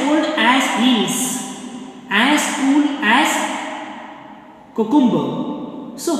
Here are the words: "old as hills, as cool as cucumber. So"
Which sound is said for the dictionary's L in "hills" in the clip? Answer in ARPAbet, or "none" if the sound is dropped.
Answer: none